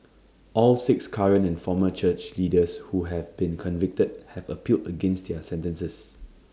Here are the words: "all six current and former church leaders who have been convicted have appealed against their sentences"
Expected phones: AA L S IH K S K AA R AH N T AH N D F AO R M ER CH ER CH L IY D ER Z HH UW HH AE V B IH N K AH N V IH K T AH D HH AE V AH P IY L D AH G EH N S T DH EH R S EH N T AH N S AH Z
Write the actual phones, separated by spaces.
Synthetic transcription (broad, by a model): AA L S IH K S K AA R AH N AH N F AO M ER CH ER CH L IY D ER S HH UW HH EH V B IH N K AH N V IH K T AH D HH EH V AH P IY L D AH G EH N S T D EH S EH N T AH N S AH S